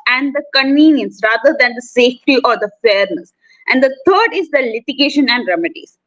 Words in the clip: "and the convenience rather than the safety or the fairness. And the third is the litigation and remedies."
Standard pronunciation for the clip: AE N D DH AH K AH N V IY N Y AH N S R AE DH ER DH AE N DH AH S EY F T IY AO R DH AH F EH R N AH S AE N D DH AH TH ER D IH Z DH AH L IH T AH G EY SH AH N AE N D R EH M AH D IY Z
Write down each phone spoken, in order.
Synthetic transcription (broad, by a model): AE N D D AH K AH N V IY N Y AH N S R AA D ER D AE N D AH S EY F T IY AO R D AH F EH R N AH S AE N D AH T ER D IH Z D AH L IH T AH G EY SH AH N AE N D R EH M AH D IY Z